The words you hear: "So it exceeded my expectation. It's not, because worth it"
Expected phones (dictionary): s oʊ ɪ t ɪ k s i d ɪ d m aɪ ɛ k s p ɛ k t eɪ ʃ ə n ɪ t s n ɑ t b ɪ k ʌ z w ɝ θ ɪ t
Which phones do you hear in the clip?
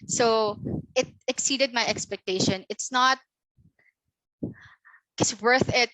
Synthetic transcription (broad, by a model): s oʊ ɪ t ɪ k s i d ɪ d m aɪ ɛ k s p ɛ k t eɪ ʃ ə n ɪ t s n ɑ t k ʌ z w ɝ θ ɪ t